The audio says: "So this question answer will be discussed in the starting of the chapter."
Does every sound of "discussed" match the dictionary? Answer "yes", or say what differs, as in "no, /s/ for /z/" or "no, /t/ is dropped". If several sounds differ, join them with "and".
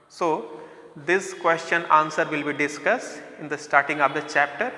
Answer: yes